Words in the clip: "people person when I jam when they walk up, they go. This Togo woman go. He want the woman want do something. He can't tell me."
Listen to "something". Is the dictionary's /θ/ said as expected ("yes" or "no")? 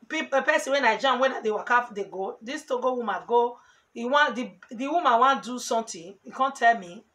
no